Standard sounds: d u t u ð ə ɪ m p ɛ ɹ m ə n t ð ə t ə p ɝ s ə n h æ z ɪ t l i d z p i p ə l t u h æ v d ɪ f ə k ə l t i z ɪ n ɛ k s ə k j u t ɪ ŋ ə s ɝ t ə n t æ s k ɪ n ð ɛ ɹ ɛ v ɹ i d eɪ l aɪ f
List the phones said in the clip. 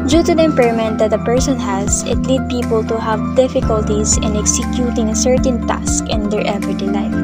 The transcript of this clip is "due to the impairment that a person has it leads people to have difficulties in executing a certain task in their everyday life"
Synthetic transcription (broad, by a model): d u t u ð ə ɪ m p ɛ ɹ m ə n t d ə t ə p ɝ s ə n h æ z ɪ t l i d p i p ə l t u h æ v d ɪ f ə k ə l t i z ɪ n ɛ k s ə k j u t ɪ ŋ ə s ɝ t ə n t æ s k ɪ n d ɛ ɹ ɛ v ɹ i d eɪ l aɪ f